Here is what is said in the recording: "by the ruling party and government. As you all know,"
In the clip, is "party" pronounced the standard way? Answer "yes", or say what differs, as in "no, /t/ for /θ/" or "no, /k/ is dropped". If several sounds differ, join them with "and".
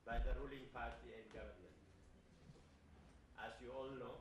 yes